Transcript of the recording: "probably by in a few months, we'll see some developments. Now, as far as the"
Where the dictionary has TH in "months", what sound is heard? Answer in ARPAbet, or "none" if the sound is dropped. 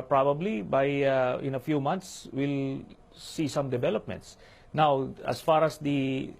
T